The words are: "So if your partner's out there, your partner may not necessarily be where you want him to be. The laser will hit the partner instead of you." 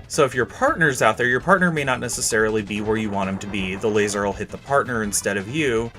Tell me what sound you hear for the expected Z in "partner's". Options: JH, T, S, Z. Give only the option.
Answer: Z